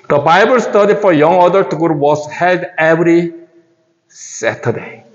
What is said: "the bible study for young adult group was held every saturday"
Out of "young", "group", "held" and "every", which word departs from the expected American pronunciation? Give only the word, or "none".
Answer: group